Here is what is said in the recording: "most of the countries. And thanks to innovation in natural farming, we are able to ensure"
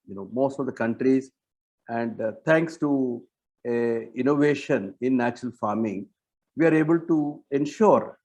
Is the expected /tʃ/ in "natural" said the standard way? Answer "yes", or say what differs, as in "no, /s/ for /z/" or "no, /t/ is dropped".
yes